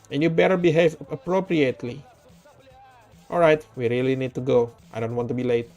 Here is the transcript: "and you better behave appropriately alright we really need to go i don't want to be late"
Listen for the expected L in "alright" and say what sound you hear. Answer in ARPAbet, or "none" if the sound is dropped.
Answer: L